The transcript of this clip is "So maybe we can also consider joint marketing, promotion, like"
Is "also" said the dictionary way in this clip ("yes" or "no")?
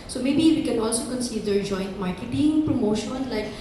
yes